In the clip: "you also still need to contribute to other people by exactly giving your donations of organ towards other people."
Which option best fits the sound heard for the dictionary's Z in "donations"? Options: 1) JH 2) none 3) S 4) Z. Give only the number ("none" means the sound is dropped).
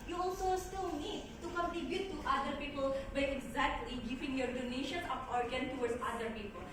2